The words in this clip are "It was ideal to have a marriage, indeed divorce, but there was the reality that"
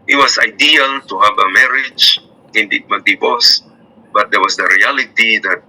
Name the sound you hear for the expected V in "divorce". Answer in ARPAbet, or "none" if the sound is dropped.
B